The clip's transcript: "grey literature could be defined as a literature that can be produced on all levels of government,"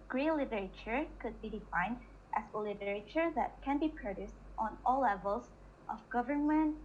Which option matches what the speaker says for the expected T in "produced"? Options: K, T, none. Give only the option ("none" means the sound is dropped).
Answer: T